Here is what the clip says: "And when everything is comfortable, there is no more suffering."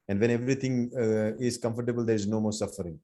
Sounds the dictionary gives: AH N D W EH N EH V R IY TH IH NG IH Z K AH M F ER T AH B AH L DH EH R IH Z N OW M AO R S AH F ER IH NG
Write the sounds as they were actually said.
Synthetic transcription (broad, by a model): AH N D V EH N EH V R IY T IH NG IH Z K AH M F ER T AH B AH L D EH R IH Z N OW M AO R S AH F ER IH NG